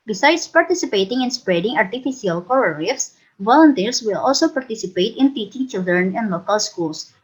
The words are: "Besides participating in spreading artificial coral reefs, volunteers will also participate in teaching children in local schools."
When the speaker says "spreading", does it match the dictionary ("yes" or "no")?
yes